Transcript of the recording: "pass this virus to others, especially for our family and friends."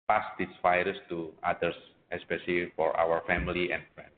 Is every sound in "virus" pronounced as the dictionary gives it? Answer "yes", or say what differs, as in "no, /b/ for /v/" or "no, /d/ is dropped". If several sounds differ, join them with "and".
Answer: no, /f/ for /v/